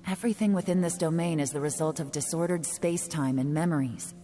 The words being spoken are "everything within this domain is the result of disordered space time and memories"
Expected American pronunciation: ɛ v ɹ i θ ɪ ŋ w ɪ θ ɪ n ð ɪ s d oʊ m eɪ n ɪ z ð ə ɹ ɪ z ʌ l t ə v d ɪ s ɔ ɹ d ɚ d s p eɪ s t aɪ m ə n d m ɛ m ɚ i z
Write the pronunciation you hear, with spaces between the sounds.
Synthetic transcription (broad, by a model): ɛ v ɹ i θ ɪ ŋ w ɪ θ ɪ n ð ɪ s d oʊ m eɪ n ɪ z ð ə ɹ ɪ z ʌ l t ə v d ɪ s ɔ ɹ d ɚ d s p eɪ s t aɪ m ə n m ɛ m ɚ i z